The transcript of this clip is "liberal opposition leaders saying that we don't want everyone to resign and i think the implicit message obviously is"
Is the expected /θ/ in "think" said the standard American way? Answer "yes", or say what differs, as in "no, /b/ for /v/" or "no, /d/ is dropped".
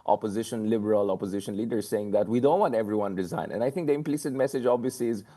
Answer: no, /t/ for /θ/